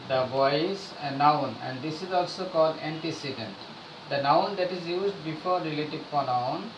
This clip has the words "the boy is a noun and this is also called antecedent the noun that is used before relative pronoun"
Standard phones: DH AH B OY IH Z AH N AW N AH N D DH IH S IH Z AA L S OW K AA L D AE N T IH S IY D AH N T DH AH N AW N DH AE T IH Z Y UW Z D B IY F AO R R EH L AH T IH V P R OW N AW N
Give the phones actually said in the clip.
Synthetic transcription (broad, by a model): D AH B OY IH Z AH N AW N AH N D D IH S IH Z AA L S OW K AA L D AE N T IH S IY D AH N T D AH N AW N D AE T IH Z Y UW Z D B IY F AO R R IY L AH T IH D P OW N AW N